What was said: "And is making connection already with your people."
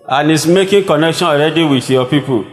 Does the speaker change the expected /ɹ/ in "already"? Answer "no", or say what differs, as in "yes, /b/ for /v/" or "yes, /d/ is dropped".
no